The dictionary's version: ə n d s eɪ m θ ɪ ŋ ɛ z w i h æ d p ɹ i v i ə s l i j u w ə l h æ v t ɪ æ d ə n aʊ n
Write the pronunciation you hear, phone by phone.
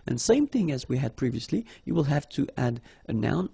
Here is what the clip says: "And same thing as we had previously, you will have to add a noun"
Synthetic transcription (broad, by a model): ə n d s eɪ m θ ɪ ŋ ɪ z w i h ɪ d p ɹ i v i ə s l i j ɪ w ə l h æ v t ɪ æ d ə n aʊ n